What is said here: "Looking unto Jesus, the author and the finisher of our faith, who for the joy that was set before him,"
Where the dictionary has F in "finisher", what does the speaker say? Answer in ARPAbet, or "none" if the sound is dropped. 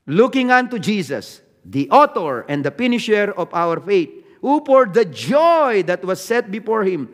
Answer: P